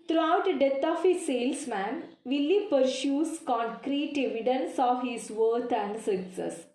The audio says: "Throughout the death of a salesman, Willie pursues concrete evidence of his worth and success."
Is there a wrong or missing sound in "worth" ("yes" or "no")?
yes